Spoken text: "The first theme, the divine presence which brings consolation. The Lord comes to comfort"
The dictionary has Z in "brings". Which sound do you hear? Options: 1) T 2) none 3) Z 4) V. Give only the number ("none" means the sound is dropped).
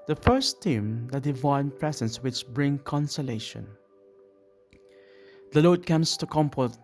2